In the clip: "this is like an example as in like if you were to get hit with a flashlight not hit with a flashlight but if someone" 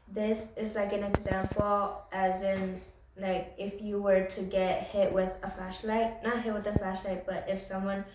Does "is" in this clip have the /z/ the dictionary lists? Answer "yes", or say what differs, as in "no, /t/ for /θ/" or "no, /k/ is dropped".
yes